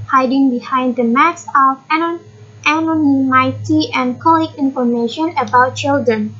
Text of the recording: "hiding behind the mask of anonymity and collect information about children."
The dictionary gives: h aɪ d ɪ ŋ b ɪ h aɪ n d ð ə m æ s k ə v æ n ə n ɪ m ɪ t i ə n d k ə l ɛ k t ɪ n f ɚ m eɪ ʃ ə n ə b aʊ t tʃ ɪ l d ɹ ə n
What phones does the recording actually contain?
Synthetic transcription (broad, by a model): h aɪ d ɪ ŋ b ɪ h aɪ n d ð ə m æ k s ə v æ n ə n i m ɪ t i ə n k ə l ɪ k ɪ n f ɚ m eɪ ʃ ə n ə b aʊ t tʃ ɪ l d ɹ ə n